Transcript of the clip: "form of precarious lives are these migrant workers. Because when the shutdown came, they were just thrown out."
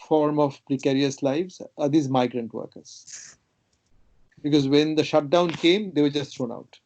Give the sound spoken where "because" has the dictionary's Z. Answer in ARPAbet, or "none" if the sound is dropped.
Z